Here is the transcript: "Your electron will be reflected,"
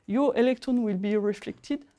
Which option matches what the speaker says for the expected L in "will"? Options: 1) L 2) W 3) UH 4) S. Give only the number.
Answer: 1